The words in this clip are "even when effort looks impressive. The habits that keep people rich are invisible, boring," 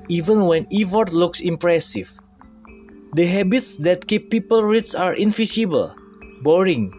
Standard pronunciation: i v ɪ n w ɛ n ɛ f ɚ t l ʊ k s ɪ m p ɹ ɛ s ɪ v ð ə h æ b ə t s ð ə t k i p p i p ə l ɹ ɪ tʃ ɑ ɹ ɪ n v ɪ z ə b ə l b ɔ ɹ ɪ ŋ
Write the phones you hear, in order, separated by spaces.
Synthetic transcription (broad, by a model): i v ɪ n w ɛ n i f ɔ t l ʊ k s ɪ m p ɹ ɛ s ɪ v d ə h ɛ b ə t s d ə t k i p p i p ə l ɹ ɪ s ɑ ɹ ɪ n f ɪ s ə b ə l b ɔ ɹ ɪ ŋ